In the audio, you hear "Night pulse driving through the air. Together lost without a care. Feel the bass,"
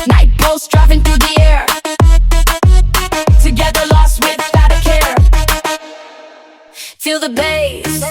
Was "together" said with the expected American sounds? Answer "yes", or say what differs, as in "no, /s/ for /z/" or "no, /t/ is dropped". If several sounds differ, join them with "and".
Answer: yes